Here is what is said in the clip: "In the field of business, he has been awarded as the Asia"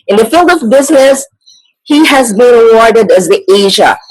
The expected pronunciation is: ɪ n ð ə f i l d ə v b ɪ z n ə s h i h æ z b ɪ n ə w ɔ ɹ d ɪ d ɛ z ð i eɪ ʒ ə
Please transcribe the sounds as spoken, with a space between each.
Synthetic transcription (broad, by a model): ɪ n ð ə f i l d ə v b ɪ z n ə s h i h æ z b ɪ n ə w ɔ ɹ d ɪ d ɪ z ð i eɪ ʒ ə